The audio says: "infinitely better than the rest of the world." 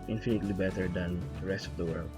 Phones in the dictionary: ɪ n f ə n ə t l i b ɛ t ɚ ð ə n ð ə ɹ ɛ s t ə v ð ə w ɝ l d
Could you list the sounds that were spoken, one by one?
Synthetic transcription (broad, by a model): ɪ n f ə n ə t l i b ɛ t ɚ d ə n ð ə ɹ ɛ s t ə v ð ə w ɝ l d